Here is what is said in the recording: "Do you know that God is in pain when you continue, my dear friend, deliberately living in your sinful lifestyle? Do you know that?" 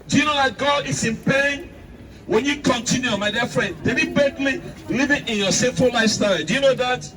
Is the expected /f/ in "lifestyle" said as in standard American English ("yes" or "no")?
no